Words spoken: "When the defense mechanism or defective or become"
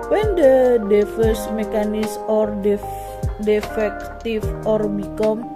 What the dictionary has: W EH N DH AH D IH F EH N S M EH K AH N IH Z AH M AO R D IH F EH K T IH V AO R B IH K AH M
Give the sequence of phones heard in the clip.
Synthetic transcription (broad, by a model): W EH N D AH D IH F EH S M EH K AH N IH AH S AO R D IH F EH K T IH F AO R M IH K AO M